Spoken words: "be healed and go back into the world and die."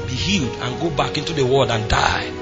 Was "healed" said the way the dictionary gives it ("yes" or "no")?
yes